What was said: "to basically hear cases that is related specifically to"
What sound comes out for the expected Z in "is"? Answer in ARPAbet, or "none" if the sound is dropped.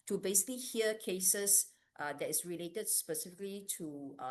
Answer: S